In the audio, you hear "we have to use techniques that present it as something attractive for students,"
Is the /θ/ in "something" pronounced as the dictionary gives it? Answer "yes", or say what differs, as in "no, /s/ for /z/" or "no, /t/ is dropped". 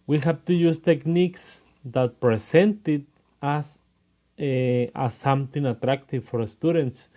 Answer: no, /t/ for /θ/